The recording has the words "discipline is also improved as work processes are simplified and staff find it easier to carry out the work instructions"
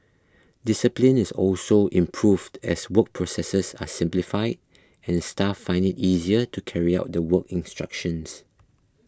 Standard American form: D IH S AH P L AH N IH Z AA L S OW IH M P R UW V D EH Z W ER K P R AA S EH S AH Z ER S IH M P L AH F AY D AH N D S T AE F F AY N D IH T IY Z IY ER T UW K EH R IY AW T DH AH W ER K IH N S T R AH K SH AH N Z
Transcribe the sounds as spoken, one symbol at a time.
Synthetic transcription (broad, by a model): D IH S AH P L AH N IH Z AA L S OW IH M P R UW V D EH S W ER K P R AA S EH S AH S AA S IH M P L AH F AY D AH N S T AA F F AY N D IH T IY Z IY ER T UW K EH R IY AW T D AH W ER K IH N S T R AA K SH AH N S